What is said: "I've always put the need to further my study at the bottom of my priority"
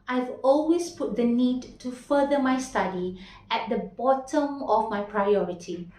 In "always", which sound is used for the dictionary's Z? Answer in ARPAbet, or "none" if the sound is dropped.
S